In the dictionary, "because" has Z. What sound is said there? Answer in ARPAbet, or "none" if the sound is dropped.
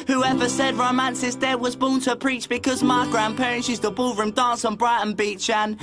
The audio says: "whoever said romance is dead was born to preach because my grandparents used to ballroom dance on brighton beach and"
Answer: Z